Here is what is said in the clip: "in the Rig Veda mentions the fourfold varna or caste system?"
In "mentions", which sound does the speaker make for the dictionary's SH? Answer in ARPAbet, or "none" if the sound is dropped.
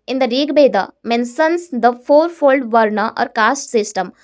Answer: S